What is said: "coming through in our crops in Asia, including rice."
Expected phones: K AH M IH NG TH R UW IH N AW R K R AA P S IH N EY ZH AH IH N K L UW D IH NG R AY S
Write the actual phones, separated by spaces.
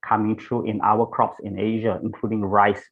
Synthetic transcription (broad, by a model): K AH M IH NG T R UW IH N AW W K R AA P S IH N EY ZH AH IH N K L UW D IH NG R AY S